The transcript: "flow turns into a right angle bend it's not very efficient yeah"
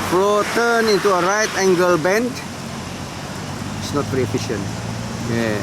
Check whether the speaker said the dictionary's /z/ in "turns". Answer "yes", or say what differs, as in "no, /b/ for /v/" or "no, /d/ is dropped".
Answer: no, /z/ is dropped